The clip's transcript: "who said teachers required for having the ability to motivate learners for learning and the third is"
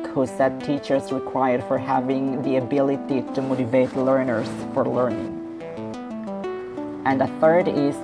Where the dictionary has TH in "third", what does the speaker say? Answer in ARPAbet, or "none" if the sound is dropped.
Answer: TH